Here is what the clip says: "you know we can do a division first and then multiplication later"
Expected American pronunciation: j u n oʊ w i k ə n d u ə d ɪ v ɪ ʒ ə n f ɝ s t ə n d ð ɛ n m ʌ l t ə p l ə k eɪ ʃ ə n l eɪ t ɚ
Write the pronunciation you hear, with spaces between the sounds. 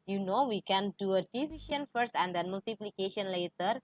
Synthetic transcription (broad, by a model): j u n oʊ w i k ə n d u ə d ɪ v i ʃ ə n f ɝ s t ə n d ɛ n m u l t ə p l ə k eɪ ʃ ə n l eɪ t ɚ